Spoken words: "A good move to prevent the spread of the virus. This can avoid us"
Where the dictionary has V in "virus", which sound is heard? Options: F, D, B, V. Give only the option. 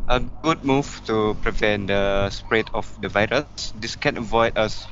V